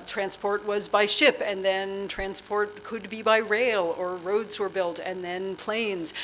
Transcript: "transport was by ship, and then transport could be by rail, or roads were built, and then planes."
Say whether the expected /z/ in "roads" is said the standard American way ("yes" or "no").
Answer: yes